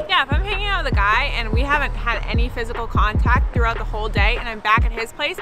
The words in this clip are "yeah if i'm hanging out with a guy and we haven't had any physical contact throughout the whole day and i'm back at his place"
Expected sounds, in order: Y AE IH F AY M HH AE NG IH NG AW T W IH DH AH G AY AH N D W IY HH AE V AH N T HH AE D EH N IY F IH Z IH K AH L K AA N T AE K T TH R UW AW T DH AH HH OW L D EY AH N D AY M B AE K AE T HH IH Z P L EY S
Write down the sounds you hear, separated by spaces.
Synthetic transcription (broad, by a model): Y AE IH F AY M HH AE NG IH NG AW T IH DH AH G AY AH N W IY HH AE V AH N T HH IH D EH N IY F IH Z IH K L K AA N T AE K T TH R UW AW T DH AH HH OW L D EY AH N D AY M B AE K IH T HH IH Z P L EY S